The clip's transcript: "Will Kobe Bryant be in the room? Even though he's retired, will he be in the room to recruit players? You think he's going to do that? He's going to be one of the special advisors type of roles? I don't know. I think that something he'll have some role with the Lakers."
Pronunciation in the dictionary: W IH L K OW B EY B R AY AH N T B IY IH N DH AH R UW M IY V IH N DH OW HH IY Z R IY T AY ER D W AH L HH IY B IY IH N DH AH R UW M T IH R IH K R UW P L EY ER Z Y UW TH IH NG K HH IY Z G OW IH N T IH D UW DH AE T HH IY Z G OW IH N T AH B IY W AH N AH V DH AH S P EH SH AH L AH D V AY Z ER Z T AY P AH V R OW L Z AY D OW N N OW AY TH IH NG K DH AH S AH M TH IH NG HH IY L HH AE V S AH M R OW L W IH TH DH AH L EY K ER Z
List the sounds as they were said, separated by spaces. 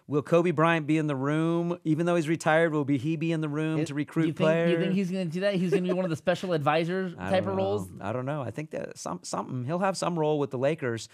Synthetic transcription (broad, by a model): W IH L K OW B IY B R AY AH N B IY IH N DH AH R UW M IY V IH N DH OW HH IY Z R IY T AY ER D W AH L HH IY B IY IH N DH AH R UW M T IH R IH K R UW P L EY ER Y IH TH IH NG K HH IY Z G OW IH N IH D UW DH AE T HH IY Z G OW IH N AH B IY W AH N AH V DH AH S P EH SH L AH D V AY Z ER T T AY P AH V R OW L Z AY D OW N N OW AY TH IH NG K DH AH S AH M S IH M HH IY L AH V S AH M R OW L W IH DH AH L EY K ER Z